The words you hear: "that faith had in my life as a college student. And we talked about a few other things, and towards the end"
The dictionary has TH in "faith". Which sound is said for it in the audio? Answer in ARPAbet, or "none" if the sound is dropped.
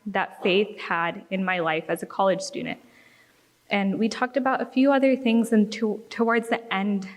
TH